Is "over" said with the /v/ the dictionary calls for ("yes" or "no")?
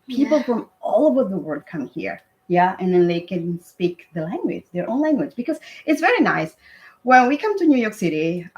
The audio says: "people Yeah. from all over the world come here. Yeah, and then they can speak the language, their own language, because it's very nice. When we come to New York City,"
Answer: no